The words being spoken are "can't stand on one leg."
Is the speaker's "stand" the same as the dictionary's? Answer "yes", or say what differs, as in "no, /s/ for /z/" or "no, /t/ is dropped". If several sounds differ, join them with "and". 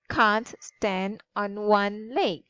yes